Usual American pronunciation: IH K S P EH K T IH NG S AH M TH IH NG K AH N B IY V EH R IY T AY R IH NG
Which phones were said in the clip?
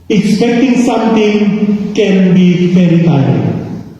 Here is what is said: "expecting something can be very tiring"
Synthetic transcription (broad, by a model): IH K S P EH K T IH NG S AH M T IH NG K AH N B IY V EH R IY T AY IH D